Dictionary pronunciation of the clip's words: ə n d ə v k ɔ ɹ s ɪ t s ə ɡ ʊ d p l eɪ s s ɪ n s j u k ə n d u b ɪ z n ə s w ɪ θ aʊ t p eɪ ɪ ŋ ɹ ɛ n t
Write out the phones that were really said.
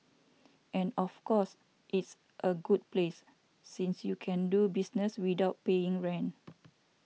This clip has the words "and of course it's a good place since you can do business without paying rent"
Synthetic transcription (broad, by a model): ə n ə f k ɔ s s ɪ t s ə ɡ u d p l eɪ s s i n s j u k ə n d u b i s n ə s w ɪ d aʊ t p eɪ ɪ ŋ ɹ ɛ n